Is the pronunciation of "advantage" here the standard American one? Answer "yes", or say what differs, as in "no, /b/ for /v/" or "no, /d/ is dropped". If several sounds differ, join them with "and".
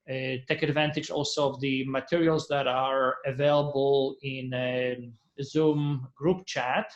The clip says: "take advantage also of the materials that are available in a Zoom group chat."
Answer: yes